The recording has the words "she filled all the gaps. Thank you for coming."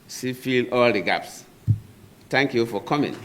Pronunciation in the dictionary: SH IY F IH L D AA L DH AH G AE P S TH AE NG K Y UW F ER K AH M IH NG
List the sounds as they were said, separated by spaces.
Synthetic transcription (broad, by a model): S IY F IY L AA L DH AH G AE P S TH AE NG K Y UW F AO K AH M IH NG